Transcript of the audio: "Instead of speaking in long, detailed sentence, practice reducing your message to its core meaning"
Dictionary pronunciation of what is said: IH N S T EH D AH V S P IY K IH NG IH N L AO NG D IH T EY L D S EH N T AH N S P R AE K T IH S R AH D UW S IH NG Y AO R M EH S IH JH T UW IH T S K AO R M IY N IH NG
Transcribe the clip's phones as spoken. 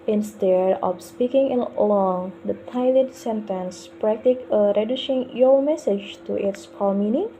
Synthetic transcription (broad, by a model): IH N S T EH D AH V S P IY K IH NG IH L AO NG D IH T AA L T S EH N T AH N S P R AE K T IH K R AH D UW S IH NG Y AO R M EH S IH JH T UW IH T S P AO L M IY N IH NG